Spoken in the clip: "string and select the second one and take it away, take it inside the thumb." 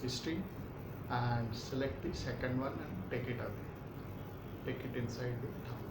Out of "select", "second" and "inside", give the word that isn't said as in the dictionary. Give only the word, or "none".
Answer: none